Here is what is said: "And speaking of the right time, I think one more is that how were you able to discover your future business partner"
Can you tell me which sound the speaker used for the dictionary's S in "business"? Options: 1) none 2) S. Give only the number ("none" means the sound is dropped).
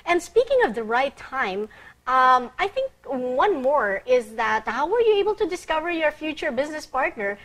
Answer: 2